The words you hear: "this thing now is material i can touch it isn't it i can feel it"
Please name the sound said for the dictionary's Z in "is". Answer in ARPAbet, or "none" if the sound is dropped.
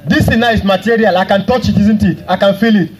S